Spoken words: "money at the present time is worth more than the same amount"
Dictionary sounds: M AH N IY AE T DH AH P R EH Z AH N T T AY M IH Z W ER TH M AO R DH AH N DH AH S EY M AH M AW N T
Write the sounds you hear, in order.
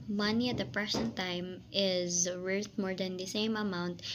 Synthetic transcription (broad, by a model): M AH N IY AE T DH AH P R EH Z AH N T T AY M IH Z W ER T M AO R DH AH N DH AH S EY M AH M AW N T